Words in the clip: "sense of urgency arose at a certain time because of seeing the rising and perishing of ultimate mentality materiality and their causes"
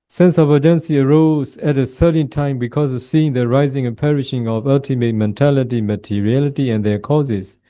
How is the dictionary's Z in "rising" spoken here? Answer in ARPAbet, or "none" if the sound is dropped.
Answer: Z